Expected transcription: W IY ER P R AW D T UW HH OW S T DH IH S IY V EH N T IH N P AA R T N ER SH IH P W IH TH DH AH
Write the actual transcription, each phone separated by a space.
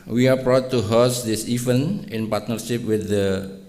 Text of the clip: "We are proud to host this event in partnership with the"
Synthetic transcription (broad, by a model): W IY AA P R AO T UW HH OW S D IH S IY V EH N IH N P AA R T N ER SH IH P W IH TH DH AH